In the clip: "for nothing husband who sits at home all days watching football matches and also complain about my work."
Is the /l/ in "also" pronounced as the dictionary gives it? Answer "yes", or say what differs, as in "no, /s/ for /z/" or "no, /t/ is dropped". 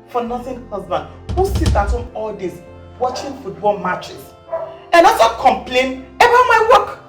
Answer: no, /l/ is dropped